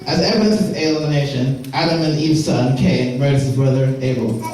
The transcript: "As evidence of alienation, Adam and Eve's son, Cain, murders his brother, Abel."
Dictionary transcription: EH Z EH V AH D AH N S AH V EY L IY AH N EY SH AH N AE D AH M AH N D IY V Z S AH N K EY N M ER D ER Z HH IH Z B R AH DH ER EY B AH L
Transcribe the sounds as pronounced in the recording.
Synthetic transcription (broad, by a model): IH Z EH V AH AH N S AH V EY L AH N EY SH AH N AE D AH M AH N IY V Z S AH N K EY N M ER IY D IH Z B R AH DH ER EY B L